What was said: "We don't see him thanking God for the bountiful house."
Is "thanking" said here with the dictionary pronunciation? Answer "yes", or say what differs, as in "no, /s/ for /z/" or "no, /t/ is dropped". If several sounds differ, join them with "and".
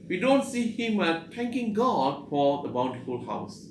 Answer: no, /t/ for /θ/